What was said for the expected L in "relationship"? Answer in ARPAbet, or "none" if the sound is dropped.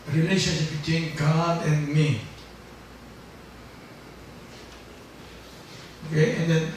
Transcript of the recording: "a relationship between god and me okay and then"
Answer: L